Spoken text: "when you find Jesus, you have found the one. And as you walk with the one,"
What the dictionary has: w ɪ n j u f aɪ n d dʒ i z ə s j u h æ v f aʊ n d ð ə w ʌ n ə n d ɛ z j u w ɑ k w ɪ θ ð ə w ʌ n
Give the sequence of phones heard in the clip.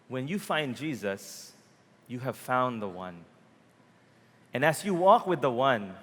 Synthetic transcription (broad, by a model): w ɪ n j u f aɪ n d dʒ i z ə s j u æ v f aʊ n ð ə w ʌ n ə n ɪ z j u w ɑ k w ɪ ð ə w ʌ n